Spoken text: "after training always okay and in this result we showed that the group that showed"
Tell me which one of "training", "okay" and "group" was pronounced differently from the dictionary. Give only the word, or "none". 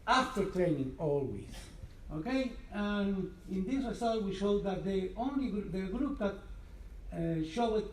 none